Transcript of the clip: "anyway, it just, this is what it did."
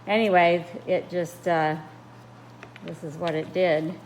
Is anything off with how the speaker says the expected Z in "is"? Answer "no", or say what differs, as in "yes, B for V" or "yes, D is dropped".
no